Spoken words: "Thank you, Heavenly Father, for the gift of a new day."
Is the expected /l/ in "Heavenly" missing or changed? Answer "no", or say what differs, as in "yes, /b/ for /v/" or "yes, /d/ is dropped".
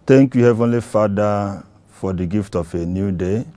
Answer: no